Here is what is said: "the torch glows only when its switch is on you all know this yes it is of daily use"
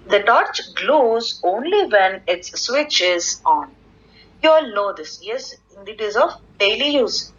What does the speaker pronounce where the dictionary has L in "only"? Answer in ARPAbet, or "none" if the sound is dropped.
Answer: L